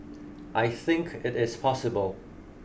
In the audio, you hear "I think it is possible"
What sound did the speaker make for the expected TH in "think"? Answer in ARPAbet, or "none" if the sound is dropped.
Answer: TH